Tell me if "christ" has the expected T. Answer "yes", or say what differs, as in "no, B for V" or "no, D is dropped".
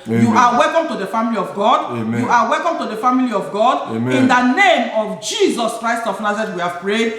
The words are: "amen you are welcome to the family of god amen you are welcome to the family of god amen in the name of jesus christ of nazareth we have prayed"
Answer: yes